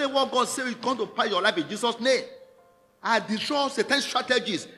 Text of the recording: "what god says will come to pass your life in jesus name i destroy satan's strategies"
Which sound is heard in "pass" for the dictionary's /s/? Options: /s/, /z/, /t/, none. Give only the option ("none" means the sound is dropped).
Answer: none